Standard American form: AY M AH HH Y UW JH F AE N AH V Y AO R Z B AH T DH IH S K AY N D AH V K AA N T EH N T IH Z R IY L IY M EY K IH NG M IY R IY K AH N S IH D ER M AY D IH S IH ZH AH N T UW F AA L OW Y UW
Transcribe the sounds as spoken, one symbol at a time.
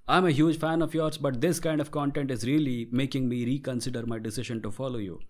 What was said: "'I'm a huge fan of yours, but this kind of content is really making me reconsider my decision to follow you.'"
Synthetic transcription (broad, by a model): AY M AH HH Y UW JH F AE N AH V Y AO R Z B AH T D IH S K AY N D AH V K AA N T EH N T IH Z R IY L IY M EY K IH NG M IY R IY K AH N S IH D ER M AY D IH S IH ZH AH N T UW F AA L OW Y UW